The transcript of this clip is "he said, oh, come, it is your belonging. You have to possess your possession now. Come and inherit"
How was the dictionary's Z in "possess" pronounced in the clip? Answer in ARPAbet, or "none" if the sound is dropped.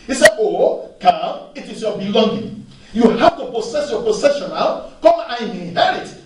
S